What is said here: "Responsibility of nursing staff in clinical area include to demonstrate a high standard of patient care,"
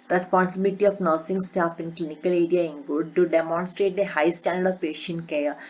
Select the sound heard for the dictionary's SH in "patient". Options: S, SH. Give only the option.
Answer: SH